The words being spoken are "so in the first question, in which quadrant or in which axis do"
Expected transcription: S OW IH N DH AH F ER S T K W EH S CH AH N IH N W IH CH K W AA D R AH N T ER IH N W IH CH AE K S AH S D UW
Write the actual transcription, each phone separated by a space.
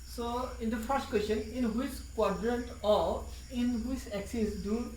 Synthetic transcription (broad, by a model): S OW IH N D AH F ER S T K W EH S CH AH N IH N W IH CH K W AA D R AH N T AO IH N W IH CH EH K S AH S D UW